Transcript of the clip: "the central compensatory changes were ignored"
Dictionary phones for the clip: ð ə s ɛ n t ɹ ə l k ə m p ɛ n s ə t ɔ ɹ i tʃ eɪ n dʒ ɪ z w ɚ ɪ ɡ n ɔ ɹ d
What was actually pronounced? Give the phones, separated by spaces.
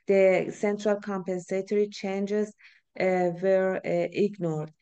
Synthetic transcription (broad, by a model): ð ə s ɛ n t ɹ ə l k ə m p ɛ n s ə t ɔ ɹ i tʃ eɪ n dʒ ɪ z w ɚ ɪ ɡ n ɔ ɹ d